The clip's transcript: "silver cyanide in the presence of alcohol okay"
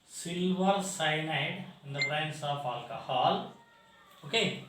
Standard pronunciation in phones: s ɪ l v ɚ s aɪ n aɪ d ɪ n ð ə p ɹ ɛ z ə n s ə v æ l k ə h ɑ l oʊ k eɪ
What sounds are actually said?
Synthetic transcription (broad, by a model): s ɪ l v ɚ s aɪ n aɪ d ɪ n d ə b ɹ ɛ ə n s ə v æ l k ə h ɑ l oʊ k eɪ